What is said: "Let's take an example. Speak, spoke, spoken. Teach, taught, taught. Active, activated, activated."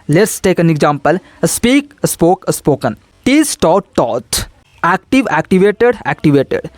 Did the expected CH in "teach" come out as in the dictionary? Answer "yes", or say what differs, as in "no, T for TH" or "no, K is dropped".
no, S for CH